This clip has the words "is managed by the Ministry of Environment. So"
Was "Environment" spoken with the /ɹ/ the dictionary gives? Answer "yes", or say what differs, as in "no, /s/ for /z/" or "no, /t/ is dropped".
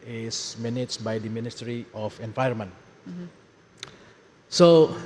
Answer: no, /ɹ/ is dropped